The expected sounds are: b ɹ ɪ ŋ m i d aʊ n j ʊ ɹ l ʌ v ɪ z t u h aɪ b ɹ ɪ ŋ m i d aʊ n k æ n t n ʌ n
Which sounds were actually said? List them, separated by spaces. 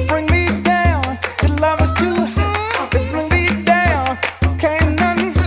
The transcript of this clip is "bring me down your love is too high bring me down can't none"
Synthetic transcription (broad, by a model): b ɹ ɪ ŋ m i d aʊ n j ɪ l ʌ v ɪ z t u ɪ b ɹ ɪ ŋ m i d aʊ n k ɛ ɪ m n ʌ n